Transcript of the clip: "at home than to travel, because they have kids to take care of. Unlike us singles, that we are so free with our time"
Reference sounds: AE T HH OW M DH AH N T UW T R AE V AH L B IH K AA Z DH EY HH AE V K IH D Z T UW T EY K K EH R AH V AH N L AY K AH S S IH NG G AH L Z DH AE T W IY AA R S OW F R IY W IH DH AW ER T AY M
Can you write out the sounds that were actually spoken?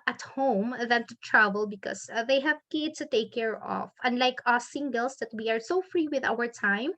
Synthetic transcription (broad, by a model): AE T HH OW M DH AH N T UW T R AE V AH L B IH K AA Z DH EY HH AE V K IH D T UW T EY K K EH R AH F AH N L AY K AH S S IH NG G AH L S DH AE T W IY AA R S OW F R IY W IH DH AW ER T AY M